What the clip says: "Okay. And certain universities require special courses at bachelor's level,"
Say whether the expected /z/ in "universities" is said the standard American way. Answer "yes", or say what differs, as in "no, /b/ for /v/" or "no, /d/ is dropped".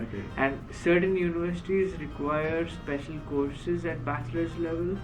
yes